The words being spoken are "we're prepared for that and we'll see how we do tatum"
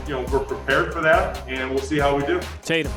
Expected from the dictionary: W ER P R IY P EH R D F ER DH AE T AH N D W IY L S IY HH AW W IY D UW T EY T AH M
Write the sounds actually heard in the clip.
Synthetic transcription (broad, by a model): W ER P R IY P EH R D F ER DH AE T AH N W IY L S IY HH AW W IY D UW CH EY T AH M